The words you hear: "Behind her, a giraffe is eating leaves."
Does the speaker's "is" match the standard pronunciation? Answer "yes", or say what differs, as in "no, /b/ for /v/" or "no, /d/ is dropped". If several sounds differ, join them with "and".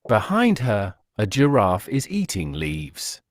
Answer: yes